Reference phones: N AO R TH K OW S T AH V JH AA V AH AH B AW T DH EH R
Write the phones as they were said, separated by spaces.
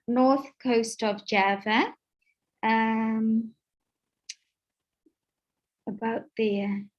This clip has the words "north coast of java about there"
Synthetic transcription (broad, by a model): N AO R TH K OW S T AH V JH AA V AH AH B AW T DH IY